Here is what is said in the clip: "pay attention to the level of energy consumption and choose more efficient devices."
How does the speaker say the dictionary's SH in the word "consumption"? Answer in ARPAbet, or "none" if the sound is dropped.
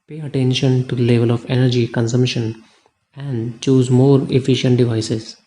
SH